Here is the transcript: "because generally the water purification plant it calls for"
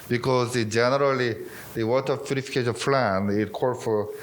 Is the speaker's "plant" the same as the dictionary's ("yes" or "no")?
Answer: no